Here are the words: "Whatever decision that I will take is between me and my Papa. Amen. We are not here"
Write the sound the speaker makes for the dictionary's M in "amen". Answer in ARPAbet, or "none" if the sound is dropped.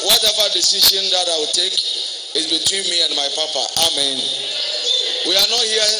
M